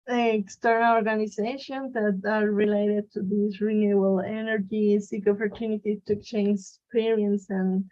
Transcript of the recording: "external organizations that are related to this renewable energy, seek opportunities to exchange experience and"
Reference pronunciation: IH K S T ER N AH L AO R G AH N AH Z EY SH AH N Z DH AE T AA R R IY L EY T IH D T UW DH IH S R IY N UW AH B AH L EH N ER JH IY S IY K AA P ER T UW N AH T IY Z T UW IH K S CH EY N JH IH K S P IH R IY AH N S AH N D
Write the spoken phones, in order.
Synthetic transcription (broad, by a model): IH K S T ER N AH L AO R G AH N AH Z EY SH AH N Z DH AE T AA R R IY L EY T IH D T UW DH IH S R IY N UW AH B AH L EH N ER JH IY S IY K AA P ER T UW N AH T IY T UW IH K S CH EY N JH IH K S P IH R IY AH N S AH N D